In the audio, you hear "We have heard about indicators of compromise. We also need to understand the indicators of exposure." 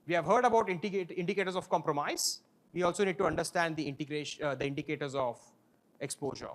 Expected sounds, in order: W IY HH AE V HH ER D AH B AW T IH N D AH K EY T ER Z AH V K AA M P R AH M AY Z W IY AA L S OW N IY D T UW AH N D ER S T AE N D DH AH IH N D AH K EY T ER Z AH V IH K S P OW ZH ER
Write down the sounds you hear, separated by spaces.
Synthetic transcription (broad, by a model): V IY HH AE V HH ER D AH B AW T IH N D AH K EY T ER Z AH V K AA M P R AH M AY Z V IY AA L S OW N IY D T UW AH N D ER S T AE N D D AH IH N D AH K EY T ER Z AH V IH K S P OW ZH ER